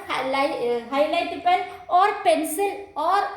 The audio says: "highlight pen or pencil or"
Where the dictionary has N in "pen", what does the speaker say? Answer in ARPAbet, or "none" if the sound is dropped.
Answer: L